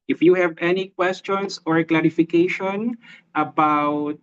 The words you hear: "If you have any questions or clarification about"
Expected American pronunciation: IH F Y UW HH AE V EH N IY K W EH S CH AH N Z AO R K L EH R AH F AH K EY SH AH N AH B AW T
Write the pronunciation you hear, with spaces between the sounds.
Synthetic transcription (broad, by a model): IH F Y UW HH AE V EH N IY K W EH S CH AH N S AO R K L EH R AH F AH K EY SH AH N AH B AW T